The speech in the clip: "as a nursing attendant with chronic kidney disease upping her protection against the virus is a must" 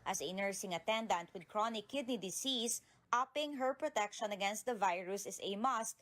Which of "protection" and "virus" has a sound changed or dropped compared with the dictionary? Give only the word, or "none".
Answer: none